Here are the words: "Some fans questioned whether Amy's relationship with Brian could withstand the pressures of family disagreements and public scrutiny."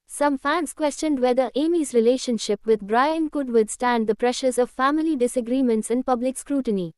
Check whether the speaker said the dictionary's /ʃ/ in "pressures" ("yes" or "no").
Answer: yes